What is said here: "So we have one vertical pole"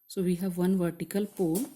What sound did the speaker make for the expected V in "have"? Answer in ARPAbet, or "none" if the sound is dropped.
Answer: V